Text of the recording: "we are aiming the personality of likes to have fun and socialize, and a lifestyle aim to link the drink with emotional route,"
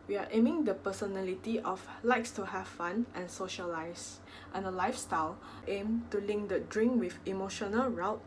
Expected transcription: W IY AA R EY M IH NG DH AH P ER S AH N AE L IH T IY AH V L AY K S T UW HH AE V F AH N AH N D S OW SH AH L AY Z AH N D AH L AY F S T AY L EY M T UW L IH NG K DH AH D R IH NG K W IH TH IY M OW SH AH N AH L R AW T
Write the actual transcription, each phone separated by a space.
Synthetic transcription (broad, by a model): W IY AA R EY M IH NG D AH P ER S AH N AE L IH T IY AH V L AY K S T UW HH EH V F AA N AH N S OW SH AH L AY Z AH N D AH L AY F S T AY L EY M T UW L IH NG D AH D R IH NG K W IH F IY M OW SH AH N AH L R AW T